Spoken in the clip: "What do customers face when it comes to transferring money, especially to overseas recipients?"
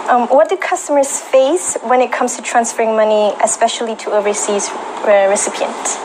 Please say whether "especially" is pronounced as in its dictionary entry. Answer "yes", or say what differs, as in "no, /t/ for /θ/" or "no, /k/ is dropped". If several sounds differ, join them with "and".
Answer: yes